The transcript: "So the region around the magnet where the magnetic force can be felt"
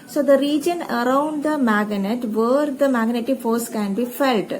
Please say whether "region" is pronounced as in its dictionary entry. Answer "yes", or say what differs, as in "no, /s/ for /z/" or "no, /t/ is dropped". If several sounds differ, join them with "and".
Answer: yes